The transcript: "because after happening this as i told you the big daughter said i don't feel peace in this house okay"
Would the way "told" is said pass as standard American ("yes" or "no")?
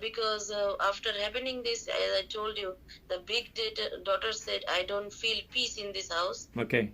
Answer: yes